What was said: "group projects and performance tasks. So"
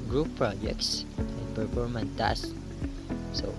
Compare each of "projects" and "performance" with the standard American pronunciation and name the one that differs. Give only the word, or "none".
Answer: performance